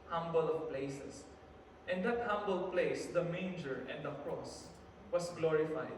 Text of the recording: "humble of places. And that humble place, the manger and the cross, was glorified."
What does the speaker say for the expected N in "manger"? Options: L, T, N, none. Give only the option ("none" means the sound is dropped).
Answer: N